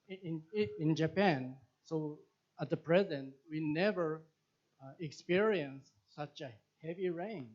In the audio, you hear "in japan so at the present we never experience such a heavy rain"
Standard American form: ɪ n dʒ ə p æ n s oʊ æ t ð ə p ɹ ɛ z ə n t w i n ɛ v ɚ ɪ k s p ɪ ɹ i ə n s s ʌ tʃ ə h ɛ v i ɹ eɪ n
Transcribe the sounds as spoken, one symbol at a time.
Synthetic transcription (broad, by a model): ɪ n dʒ ə p æ n s oʊ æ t ð ə p ɹ ɛ z ə n t w i n ɛ v ɚ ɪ k s p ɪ ɹ i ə n s s ʌ tʃ ə h ɛ v i ɹ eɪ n